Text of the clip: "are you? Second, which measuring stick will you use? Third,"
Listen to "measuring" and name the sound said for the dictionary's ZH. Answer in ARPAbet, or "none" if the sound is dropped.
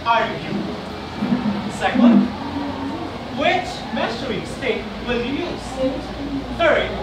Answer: S